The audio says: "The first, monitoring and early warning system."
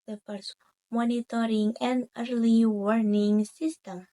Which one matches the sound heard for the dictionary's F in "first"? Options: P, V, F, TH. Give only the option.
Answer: P